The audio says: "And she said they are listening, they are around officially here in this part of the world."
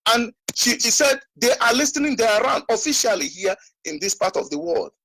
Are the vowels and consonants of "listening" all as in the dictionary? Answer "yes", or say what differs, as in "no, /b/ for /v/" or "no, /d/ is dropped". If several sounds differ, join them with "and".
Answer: yes